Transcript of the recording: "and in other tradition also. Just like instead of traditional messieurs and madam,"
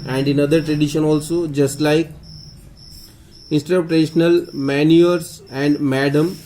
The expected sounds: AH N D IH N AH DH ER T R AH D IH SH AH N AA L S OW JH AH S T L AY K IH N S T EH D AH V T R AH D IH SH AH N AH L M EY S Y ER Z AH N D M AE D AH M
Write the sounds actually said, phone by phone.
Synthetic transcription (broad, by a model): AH N D IH N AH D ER T R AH D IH SH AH N AA L S OW JH AH S T L AY K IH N S T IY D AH P T R AH D IH SH AH N AH L M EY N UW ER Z AH N D M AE D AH M